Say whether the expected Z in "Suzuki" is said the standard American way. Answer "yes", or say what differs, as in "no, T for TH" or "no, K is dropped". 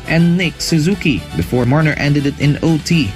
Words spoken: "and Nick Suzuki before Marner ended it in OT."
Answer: yes